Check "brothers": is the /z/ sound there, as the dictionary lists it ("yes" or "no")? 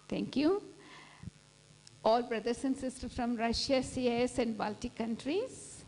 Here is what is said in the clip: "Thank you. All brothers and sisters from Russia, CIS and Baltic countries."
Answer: no